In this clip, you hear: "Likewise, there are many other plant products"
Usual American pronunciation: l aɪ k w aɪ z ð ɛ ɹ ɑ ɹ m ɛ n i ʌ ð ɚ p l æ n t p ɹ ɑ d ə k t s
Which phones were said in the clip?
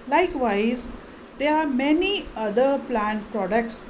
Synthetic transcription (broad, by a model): l aɪ k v aɪ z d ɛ ɹ ɑ ɹ m ɛ n i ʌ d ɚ p l æ n t p ɹ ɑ d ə k t s